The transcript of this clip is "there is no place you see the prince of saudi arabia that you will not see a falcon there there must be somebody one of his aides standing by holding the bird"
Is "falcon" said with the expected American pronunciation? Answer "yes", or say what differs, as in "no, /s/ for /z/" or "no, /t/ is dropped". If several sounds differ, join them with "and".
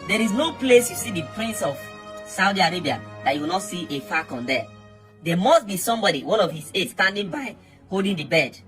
no, /l/ is dropped